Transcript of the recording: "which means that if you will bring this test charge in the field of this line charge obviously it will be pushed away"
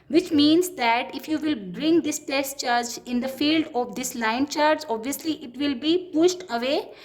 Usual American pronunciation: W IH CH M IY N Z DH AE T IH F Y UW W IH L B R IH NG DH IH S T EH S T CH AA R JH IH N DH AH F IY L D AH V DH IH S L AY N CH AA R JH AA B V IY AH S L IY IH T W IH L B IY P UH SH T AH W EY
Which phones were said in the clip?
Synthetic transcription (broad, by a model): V IH CH M IY N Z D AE T IH F Y UW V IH L B R IH NG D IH S T EH S T CH AA R JH IH N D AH F IY L D AH V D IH S L AY N CH AA R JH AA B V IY AH S L IY IH T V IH L B IY P UH SH T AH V EY